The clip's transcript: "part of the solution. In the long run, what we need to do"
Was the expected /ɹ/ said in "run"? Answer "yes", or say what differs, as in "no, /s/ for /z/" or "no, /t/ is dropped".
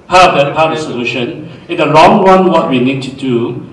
no, /w/ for /ɹ/